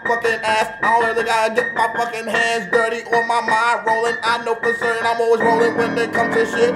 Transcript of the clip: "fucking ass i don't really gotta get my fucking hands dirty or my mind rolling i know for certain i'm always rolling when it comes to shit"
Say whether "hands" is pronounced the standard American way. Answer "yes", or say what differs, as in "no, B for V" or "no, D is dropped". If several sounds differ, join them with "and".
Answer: yes